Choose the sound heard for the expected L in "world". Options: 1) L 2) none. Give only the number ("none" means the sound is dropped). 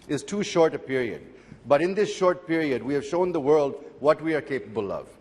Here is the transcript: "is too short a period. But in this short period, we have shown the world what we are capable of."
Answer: 1